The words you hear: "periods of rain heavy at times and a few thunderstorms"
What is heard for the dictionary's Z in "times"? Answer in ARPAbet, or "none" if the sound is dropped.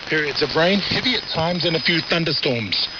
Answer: Z